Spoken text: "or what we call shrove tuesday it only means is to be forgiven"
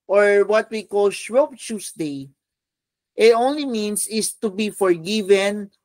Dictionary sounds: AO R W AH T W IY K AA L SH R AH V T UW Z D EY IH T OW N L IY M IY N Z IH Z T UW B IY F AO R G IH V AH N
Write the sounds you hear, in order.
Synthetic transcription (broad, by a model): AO R W AH T W IY K AA L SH R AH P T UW S D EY IH T OW N L IY M IY N S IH S T UW B IY F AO R G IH V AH N